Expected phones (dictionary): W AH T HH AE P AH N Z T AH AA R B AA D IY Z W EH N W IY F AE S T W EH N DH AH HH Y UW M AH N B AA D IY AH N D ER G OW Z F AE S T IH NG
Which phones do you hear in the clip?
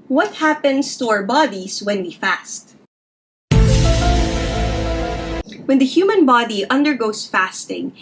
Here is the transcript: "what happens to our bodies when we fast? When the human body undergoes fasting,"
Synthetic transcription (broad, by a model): W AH T HH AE P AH N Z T AA R B AA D IY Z W EH N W IY F AE S T W EH N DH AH HH Y UW M AH N B AA D IY AH N D ER G OW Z F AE S T IH NG